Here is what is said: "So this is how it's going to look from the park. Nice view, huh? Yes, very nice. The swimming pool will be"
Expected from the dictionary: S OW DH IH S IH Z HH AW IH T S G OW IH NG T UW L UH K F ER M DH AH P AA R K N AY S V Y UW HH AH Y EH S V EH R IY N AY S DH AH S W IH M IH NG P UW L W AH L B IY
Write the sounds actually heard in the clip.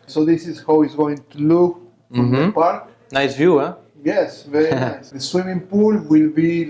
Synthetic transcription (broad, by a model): S OW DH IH S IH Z HH AW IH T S G OW IH NG T UW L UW K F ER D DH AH P AA R K N AY S V Y UW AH Y EH S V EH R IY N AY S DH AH S W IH M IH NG P UW L W AH L B IY